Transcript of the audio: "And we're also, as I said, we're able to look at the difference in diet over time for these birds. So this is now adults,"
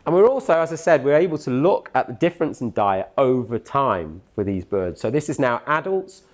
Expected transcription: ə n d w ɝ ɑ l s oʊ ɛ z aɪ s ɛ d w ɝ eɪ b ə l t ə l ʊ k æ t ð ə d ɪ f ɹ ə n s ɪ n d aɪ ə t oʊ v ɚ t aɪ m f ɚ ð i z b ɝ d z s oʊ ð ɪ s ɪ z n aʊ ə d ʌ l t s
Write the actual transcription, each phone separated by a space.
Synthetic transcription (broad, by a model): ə n w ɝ ɑ l s oʊ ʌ z aɪ s ɛ d w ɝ eɪ b ə l t ə l ʊ k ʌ t ð ə d ɪ f ɹ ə n s ɪ n d aɪ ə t oʊ v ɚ t aɪ m f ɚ ð i z b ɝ d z s oʊ ð ɪ s ɪ z n aʊ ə d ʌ l t s